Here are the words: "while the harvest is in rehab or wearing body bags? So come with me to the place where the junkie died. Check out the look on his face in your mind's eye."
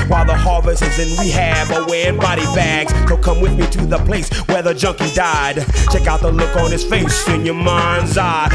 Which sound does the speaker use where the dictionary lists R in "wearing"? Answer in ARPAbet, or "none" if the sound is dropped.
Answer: none